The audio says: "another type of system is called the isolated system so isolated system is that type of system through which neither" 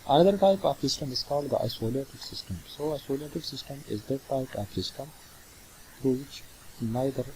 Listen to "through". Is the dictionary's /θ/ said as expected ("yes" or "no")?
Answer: no